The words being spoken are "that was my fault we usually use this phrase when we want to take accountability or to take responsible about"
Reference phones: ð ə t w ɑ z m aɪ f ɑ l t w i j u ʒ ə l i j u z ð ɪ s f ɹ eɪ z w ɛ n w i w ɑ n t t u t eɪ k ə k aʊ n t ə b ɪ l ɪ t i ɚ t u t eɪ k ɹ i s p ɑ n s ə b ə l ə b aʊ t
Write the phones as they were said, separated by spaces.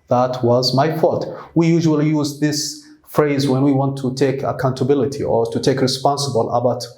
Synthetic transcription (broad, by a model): ð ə t w ɑ z m aɪ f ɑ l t w i j u ʒ ə l i j u z ð ɪ s f ɹ eɪ z w ɛ n w i w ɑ n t t u t eɪ k ə k aʊ n t ə b ɪ l ɪ t i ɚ t u t eɪ k ɹ i s p ɑ n s ə b ə l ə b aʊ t